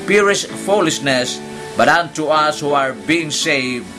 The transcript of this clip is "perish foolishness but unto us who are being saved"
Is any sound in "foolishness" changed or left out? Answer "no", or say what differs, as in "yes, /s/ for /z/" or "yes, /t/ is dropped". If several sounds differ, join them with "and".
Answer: yes, /s/ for /ʃ/